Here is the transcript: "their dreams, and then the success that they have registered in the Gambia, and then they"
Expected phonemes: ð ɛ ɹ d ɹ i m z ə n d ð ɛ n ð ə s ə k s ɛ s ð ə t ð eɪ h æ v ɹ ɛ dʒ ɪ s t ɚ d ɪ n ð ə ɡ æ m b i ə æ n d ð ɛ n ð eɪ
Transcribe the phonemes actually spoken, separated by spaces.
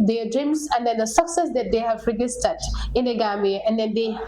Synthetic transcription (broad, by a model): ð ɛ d ɹ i m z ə n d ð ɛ n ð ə s ə k s ɛ s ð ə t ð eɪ h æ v ɹ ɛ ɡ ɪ s t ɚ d ɪ n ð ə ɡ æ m i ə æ n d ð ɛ n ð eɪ